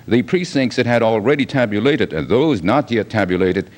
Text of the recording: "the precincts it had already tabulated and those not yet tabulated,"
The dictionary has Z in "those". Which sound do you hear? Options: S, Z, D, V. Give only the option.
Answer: Z